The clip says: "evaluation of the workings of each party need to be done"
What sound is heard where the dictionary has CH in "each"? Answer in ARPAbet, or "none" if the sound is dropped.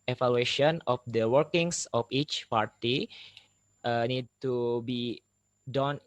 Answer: CH